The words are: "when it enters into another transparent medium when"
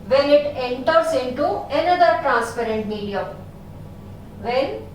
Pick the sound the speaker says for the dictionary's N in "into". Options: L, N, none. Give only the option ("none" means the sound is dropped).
N